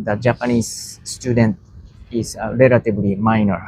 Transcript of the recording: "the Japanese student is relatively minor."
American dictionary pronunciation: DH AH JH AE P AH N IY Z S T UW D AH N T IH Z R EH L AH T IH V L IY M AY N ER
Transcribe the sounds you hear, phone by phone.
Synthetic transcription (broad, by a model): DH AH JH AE P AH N IY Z S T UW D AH N T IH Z R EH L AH T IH B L IY M AY N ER